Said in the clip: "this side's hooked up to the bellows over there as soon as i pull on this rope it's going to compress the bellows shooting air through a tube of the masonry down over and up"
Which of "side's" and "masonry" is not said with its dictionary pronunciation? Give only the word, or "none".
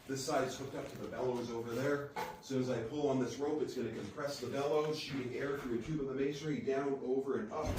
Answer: masonry